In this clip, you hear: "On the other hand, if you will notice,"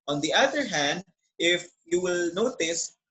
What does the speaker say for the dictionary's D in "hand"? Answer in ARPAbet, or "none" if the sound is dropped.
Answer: D